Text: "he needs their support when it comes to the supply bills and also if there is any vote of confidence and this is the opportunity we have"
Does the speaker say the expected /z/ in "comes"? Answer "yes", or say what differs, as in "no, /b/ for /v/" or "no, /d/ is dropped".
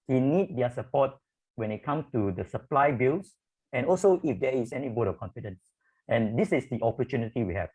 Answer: no, /z/ is dropped